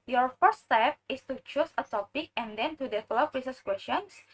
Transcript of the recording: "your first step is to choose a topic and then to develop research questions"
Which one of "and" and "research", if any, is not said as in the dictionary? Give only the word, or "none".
research